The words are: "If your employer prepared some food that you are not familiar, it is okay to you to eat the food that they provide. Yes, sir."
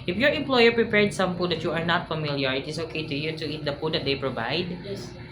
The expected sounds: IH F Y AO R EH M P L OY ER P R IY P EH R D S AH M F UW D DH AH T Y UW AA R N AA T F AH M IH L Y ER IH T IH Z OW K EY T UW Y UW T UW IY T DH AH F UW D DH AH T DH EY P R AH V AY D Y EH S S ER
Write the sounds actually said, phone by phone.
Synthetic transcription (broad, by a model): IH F Y AO R EH M P L OY ER P R IY P EH R D S AH M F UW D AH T Y UW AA R N AA T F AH M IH L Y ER IH T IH S OW K EY T UW Y UW T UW IY T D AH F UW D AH T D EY P R AH V AY D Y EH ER